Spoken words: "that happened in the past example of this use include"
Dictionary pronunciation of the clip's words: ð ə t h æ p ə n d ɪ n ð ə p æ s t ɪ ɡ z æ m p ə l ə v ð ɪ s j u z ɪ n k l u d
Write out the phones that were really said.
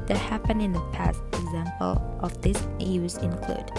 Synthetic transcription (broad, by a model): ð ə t h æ p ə n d ɪ n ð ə p æ s t ɪ ɡ z æ m p ə l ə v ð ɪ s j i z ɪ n k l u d